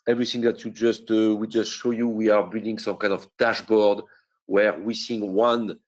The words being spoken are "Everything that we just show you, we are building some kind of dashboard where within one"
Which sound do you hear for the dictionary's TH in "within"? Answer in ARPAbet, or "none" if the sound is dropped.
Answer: S